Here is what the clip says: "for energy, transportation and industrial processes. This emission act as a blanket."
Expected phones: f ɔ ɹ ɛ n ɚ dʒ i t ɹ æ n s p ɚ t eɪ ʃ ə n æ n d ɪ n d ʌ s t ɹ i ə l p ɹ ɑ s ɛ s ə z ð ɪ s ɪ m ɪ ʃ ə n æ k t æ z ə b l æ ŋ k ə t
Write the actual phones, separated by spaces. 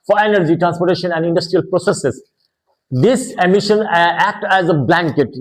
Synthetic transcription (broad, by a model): f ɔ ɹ ɛ n ɚ dʒ i t ɹ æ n s p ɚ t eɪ ʃ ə n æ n d ɪ n d ʌ s t ɹ i ə l p ɹ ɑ s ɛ s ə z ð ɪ s ɪ m ɪ ʃ ə n æ k t æ z ə b l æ ŋ k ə t